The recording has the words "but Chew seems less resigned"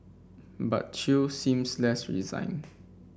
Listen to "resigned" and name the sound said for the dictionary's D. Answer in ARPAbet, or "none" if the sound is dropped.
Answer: none